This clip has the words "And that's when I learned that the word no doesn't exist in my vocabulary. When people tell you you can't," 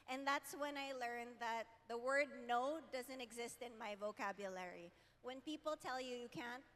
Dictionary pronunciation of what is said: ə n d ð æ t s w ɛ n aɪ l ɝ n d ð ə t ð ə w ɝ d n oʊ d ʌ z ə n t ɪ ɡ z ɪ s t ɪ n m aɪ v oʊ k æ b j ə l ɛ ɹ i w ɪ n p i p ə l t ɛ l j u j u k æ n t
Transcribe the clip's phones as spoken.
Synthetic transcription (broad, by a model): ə n ð æ t s w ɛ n aɪ l ɝ n ð ə t ð ə w ɝ d n oʊ d ʌ z ə n t ɪ ɡ z ɪ s t ɪ n m aɪ v oʊ k æ b j ə l ɛ ɹ i w ɪ n p i p l t ɛ l j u j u k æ n t